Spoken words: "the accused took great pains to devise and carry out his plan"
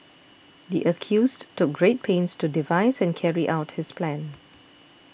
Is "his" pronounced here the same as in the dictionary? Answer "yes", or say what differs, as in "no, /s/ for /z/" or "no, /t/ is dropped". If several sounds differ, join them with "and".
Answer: no, /s/ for /z/